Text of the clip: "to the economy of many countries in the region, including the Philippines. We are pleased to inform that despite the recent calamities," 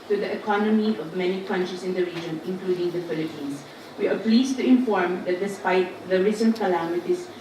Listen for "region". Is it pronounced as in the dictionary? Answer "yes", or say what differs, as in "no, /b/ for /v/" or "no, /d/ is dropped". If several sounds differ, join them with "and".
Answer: yes